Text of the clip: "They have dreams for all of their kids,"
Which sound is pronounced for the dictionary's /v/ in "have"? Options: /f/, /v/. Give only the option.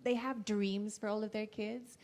/v/